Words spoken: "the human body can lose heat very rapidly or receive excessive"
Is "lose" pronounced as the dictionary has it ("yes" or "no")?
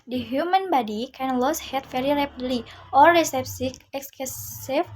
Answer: no